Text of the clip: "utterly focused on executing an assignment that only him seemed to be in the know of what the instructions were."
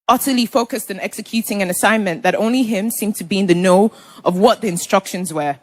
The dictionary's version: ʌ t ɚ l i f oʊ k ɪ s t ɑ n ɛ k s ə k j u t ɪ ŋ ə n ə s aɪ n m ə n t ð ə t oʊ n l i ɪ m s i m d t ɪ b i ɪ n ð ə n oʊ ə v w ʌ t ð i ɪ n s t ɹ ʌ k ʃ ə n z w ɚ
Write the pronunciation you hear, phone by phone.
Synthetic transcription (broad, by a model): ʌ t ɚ l i f oʊ k ɪ s t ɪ n ɛ k s ə k j u t ɪ ŋ ə n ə s aɪ n m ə n ð ə t oʊ n l i ɪ m s i m t ɪ b i ɪ n ð ə n oʊ ə v w ʌ t ð i ɪ n s t ɹ ʌ k ʃ ə n z w ɚ